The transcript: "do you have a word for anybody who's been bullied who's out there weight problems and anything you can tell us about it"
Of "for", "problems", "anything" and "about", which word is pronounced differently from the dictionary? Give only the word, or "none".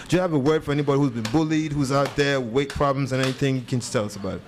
none